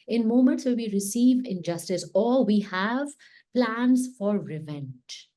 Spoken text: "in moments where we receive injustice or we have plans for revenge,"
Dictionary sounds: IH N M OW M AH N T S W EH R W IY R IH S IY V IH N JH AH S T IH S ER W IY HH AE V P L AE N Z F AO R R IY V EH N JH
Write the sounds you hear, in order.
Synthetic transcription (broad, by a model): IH N M OW M AH N T S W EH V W IY R IH S IY V IH N JH AH S T IH S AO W IY HH AE V P L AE N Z F AO R R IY V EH N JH